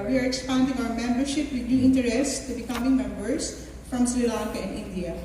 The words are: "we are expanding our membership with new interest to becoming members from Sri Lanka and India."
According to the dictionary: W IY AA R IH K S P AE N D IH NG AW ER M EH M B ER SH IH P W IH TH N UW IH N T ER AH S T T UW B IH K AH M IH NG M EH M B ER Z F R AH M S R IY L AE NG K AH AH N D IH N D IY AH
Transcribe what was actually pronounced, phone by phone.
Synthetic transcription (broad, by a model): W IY AA R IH K S P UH N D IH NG AW ER M EH M B ER SH IH P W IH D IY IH N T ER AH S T T UW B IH K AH M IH NG M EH M B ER S F R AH M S L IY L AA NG K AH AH N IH N D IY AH